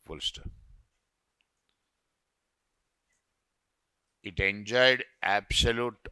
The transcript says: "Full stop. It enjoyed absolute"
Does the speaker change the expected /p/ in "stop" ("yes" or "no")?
yes